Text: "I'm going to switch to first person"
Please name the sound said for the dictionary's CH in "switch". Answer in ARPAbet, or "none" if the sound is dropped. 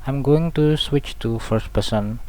CH